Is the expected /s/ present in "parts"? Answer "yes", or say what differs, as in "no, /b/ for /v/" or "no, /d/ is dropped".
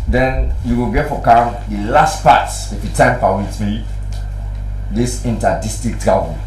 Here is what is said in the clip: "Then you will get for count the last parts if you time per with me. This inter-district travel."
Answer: no, /s/ is dropped